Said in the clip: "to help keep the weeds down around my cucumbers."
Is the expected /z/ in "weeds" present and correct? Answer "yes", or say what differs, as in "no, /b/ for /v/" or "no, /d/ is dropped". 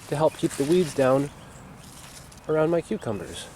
yes